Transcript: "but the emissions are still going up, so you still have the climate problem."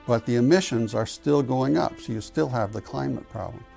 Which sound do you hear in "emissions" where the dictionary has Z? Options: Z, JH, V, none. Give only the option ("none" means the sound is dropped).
Z